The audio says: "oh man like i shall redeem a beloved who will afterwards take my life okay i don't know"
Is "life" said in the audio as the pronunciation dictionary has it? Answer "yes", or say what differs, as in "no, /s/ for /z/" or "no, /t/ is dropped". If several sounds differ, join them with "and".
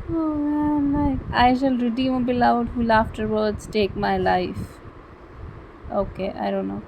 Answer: yes